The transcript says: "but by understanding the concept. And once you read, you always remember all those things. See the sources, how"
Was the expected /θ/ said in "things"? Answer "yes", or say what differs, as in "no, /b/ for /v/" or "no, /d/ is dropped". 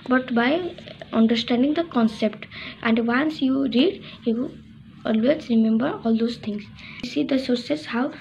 no, /t/ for /θ/